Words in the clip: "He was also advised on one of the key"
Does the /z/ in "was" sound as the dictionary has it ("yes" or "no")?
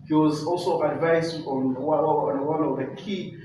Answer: yes